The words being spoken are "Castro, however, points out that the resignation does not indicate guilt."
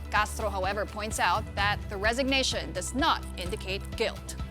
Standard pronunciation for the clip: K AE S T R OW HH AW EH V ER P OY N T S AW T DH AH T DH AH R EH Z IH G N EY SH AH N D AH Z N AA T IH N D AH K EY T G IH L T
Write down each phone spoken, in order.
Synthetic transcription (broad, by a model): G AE S T R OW HH AW EH V ER P OY N T S AW T DH AH T DH AH R EH Z IH G N EY SH AH N D AH Z N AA T IH N D AH K EY T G IH L T